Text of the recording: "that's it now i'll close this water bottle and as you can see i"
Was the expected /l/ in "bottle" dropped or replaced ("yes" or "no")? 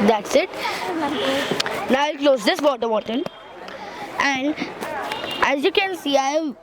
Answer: yes